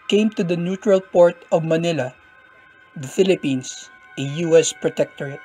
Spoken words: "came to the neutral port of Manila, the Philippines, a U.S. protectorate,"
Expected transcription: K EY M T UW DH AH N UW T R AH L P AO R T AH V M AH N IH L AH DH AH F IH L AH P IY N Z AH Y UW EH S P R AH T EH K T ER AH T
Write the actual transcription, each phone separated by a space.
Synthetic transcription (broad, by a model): K EY M T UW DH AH N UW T R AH L P AO R T AH V M AH N IH L AH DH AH F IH L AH P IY N S AH Y UW EH S P R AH T EH K T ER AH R